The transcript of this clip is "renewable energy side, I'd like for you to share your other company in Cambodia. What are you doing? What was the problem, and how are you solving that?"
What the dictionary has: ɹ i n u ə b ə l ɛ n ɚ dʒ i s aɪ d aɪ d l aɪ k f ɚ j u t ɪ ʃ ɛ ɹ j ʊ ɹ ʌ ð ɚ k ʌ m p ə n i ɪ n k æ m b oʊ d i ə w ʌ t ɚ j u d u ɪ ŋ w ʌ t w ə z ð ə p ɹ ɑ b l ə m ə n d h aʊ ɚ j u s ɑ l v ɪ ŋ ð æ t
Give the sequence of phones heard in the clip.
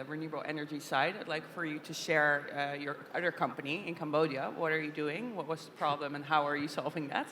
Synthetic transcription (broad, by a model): ɹ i n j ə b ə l ɛ n ɚ dʒ i s aɪ d aɪ d l aɪ k f ɚ j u t ɪ ʃ ɛ ɹ j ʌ ɹ ʌ ð ɚ k ʌ m p ə n i ɪ n k æ m b oʊ d i ə w ʌ t ɚ j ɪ d u ɪ ŋ w ʌ t w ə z ð ə p ɹ ɑ b l ə m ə n h aʊ ɚ j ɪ s ɑ l v ɪ ŋ ð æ t